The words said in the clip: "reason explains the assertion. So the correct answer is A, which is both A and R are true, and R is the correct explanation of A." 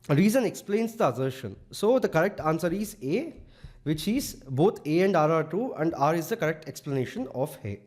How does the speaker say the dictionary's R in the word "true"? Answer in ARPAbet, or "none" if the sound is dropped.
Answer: none